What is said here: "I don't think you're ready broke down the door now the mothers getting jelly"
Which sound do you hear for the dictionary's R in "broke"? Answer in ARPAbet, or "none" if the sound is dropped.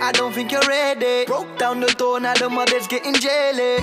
none